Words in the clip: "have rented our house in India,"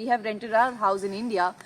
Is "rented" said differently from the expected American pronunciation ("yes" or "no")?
no